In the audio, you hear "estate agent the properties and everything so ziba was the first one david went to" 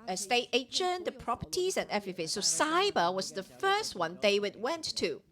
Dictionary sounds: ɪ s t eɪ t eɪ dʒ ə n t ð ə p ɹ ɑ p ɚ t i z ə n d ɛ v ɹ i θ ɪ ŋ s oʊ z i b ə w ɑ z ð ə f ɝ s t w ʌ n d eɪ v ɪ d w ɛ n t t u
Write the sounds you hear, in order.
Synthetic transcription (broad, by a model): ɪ s t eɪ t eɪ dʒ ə n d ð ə p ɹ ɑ p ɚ t i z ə n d ɛ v ɹ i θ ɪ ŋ s oʊ s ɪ b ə w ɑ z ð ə f ɝ s t w ʌ n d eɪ w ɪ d w ɛ n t t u